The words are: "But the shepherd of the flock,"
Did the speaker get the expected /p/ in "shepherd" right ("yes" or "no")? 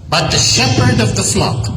yes